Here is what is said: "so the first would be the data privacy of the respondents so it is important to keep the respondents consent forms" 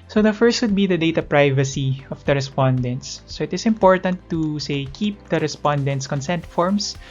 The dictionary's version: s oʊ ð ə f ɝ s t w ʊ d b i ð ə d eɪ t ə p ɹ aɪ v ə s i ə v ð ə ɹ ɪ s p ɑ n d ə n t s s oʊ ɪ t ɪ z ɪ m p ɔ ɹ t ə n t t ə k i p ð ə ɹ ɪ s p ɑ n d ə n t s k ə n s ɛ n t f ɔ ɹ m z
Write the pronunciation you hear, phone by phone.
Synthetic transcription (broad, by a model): s oʊ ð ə f ɝ s t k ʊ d b i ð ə d eɪ t ə p ɹ aɪ v ə s i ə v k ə ɹ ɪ s p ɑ n d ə n t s s oʊ ɪ t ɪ s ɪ m p ɔ ɹ t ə n t s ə k i p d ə ɹ ɪ s p ɑ n d ə n t s k ə n s ɛ n t f ɔ ɹ m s